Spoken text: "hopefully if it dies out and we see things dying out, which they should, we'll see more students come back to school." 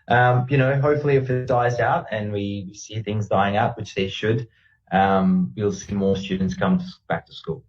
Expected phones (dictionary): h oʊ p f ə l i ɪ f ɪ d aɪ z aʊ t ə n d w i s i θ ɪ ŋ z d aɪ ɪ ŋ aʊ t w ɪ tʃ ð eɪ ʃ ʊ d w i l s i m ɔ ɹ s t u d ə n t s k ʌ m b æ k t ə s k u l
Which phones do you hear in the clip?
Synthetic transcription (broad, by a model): h oʊ p f l i ɪ f ɪ d aɪ z aʊ t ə n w w i s i θ ɪ ŋ z d aɪ ɪ ŋ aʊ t w ɪ tʃ ð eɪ ʃ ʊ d w i l s i m ɔ ɹ s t u d n t s k ʌ m b æ k t ə s k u l